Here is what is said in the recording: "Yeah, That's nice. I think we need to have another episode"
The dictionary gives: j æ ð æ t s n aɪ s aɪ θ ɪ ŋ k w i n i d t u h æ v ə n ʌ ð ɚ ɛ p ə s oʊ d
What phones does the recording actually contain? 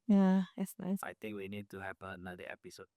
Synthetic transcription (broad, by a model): j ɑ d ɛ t s n aɪ s aɪ t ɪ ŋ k w i n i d t u h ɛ p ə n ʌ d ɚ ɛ p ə s oʊ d